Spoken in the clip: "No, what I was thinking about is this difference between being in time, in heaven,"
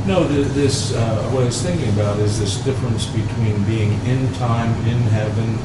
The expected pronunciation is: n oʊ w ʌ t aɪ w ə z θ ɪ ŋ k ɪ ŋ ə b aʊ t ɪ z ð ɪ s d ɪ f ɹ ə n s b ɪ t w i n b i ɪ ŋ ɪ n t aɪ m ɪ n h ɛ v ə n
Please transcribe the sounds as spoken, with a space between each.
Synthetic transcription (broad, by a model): n oʊ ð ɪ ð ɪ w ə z θ ɪ ŋ k ɪ ŋ ə b aʊ t ɪ z ð ɪ s d ɪ f ɹ ə n s b ɪ t w i n b i ɪ ŋ ɪ n t aɪ m ɪ n h ɛ v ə n